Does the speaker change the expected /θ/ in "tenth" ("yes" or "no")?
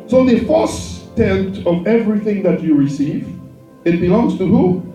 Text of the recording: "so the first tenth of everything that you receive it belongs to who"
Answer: yes